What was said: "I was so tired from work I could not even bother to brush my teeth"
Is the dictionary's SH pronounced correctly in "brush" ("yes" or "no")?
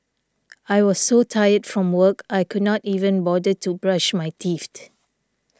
yes